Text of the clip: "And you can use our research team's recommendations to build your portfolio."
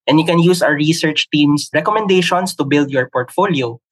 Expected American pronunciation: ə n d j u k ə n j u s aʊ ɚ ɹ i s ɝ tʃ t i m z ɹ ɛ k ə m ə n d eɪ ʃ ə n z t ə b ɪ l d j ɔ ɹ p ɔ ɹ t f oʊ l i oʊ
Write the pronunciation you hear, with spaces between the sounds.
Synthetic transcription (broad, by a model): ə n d j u k ə n j u s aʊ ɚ ɹ i s ɝ tʃ t i m s ɹ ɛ k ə m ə n d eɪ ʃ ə n s t ə b ɪ l d j ɔ ɹ p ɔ ɹ t f oʊ l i oʊ